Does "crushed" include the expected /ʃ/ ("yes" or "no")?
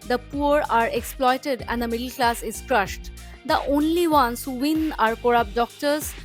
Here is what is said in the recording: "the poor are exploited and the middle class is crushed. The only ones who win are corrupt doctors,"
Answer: yes